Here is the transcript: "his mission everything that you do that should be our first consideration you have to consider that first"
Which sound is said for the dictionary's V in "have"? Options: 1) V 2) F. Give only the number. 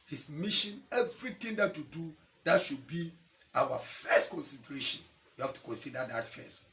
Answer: 2